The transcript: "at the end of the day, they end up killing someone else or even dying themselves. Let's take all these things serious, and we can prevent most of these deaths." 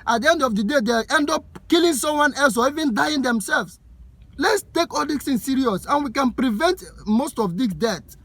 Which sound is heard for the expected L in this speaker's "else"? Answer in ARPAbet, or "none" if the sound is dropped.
L